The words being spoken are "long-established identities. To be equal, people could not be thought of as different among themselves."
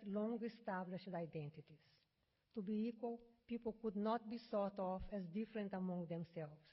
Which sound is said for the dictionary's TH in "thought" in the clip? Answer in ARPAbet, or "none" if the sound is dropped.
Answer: S